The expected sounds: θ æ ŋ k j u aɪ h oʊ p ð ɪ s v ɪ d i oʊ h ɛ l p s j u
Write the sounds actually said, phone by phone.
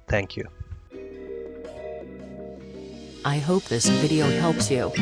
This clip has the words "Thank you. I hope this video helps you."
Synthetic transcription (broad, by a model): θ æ ŋ k j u aɪ h oʊ p ð ɪ s v ɪ d i oʊ h ɛ l p s j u